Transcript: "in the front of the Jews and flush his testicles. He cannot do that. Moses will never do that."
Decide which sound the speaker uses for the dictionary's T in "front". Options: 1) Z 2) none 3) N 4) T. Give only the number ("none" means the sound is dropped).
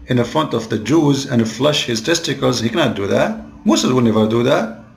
4